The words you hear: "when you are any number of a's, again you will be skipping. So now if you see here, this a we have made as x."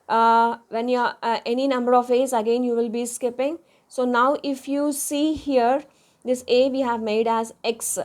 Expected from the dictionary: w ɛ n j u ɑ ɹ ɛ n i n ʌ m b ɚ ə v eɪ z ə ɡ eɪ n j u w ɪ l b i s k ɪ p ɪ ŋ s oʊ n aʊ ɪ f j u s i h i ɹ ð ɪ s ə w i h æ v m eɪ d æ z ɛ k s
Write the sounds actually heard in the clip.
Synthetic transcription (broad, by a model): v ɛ n j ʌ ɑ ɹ ɛ n i n ʌ m b ɚ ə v eɪ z ə ɡ eɪ n j u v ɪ l b i s k ɪ p ɪ ŋ s oʊ n aʊ ɪ f j u s i h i ɹ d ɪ s ə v i h æ v m eɪ d æ z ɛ k s